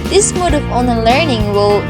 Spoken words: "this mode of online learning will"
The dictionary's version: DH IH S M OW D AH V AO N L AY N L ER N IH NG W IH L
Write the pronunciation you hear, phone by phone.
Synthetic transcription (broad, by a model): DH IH S M OW D AH V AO N AH L ER N IH NG W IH L